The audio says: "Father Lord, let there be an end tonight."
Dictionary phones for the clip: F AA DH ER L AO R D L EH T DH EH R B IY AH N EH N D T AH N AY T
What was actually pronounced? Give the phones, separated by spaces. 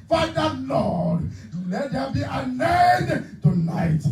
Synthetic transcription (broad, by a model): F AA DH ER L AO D L EH T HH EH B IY AH N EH D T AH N AY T